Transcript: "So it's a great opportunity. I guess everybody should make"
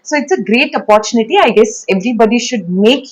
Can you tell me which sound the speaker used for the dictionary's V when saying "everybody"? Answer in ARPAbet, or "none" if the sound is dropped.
V